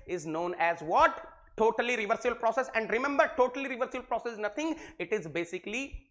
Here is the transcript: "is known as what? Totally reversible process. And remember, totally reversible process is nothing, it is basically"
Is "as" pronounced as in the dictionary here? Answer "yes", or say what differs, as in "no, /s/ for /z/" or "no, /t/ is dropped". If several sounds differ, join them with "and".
yes